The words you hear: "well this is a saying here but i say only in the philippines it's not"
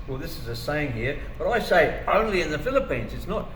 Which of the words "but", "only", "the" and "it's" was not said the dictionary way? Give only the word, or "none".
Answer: none